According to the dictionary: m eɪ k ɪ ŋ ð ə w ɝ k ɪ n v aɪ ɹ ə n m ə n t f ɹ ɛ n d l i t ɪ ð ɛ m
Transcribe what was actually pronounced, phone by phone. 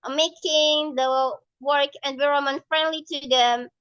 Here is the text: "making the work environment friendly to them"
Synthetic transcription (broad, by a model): m eɪ k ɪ ŋ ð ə w ɝ k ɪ n w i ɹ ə m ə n f ɹ ɛ n d l i t ɪ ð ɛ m